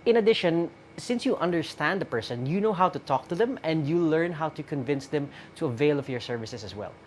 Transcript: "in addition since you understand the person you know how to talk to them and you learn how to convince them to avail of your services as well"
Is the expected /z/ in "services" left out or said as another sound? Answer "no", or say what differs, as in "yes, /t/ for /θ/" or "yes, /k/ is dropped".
yes, /s/ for /z/